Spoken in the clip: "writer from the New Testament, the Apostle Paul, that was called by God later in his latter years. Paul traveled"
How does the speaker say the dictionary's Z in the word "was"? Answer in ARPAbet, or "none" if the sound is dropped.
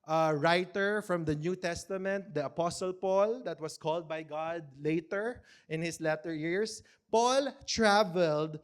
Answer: S